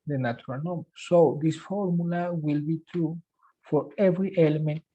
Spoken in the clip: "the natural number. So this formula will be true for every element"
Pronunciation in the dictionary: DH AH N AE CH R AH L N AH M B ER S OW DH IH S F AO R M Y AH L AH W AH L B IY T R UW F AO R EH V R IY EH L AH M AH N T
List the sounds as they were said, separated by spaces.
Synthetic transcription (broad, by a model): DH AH N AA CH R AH L N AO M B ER S OW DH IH S F AO R M Y AH L AH W AH L B IY T R UW F AO R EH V R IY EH L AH M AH N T